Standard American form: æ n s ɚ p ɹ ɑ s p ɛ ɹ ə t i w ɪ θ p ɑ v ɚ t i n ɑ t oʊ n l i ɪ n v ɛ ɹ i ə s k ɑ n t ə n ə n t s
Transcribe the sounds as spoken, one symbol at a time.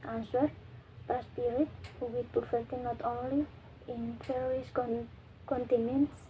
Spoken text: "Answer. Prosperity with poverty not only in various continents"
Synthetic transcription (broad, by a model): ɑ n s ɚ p ɹ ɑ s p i ɹ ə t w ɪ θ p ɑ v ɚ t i n ɑ t oʊ n l i ɪ n f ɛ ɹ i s k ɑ n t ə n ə n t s